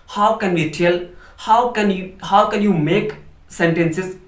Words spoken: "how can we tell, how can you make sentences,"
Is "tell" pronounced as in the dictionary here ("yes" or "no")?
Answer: no